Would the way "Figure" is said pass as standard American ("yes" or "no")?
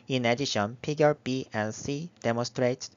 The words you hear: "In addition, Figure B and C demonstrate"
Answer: no